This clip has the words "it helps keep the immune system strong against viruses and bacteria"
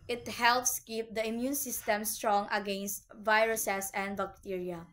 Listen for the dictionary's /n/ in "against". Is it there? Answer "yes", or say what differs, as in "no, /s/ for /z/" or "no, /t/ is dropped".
yes